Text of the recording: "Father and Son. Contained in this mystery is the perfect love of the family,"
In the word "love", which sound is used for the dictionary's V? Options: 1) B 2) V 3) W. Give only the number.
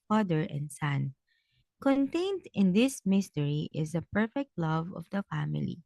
2